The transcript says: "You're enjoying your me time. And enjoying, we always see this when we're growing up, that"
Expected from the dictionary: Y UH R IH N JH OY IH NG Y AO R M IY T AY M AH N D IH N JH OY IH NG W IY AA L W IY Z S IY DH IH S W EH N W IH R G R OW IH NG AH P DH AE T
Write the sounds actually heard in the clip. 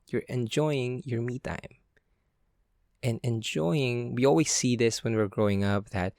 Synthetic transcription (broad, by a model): Y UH R IH N JH OY IH NG Y AO R M IY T AY M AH N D IH N JH OY IH NG W IY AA L W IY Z S IY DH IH S W EH N W IH R G R OW IH NG AH P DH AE T